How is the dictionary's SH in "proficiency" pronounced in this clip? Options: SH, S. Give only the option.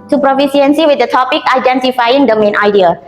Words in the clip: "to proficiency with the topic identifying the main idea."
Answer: S